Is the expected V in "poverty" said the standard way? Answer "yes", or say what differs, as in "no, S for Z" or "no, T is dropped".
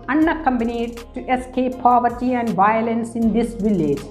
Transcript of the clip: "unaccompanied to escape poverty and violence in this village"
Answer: yes